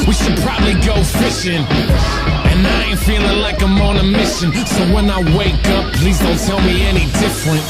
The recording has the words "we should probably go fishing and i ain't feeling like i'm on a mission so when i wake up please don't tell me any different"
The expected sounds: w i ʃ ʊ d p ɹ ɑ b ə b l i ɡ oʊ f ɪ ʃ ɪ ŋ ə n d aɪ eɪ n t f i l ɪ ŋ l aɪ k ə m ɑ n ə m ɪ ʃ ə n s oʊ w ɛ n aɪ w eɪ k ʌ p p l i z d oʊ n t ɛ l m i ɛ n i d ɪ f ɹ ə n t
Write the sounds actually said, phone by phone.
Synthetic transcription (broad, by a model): w i ʃ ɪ d p ɹ ɑ b ə b l i ɡ oʊ f ɪ ʃ ɪ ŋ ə n aɪ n f i l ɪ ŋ l aɪ k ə m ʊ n ə m ɪ ʃ ə n s oʊ w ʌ n aɪ w eɪ k ʌ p p l i z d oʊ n t ɛ l m i ɛ n i d ɪ f ɹ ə n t